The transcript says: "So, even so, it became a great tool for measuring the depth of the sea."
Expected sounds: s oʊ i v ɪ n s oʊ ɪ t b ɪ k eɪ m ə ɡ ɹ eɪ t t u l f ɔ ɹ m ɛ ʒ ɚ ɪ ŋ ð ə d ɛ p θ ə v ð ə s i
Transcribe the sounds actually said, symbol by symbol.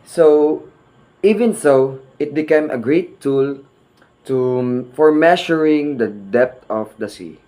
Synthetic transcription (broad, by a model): s oʊ i v ɪ n s oʊ ɪ t b ɪ k eɪ m ə ɡ ɹ eɪ t t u f ɔ ɹ m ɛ ʃ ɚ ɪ ŋ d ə d ɛ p t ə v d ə s i